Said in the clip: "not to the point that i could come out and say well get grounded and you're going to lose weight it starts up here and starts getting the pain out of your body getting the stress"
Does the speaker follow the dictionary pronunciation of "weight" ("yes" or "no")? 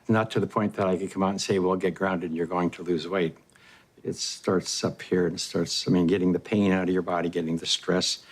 yes